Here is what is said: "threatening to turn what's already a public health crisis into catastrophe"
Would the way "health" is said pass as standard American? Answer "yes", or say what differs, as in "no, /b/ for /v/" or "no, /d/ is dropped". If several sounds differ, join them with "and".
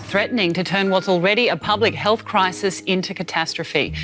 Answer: yes